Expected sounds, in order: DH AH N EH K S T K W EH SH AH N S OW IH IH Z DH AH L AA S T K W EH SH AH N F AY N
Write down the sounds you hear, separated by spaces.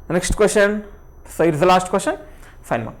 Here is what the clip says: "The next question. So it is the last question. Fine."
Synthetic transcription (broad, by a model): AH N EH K SH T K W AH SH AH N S IH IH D DH AH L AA SH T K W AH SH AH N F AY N